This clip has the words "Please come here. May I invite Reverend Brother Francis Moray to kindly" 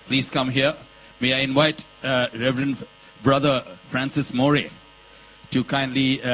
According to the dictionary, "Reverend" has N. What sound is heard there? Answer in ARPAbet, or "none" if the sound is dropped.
N